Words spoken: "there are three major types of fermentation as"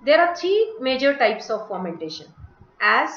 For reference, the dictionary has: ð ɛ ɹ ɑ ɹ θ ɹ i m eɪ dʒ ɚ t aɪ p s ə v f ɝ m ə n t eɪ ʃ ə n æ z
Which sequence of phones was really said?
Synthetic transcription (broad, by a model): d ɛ ɹ ɑ ɹ t ɹ i m eɪ dʒ ɚ t aɪ p s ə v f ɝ m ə n t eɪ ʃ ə n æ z